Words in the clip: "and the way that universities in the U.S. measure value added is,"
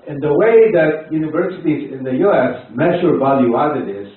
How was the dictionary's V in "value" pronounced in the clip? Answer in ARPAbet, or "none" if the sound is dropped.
V